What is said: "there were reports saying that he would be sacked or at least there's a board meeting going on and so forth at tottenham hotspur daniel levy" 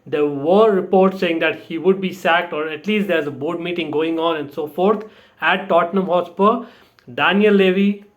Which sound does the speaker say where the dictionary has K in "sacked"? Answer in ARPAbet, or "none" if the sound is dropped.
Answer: K